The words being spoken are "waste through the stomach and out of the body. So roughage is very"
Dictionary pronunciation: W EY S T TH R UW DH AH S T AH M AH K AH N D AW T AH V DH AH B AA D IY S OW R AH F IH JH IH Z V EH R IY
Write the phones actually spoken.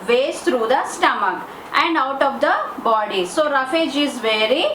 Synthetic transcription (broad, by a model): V EY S T R UW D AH S T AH M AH K AH N D AW T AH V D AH B AA D IY S OW R AH F IH JH IH Z V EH R IY